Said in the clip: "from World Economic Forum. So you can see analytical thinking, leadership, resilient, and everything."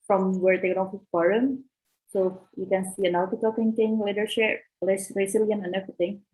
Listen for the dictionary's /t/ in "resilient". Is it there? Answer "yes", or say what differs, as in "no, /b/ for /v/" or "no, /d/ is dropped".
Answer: no, /t/ is dropped